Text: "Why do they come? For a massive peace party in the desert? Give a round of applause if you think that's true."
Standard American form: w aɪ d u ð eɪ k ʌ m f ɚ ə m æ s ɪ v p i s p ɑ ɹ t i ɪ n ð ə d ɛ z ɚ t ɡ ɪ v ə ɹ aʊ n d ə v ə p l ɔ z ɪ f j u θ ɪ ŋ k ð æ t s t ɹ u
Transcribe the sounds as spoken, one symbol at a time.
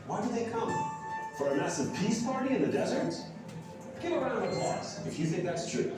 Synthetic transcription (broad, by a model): w aɪ d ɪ ð eɪ k ʌ m f ɚ ə m æ s ɪ v p i s p ɑ ɹ t i ɪ n ð ə d ɛ z ɚ t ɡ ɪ ə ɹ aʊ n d ə v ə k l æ s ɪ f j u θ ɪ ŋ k ð æ t s t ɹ u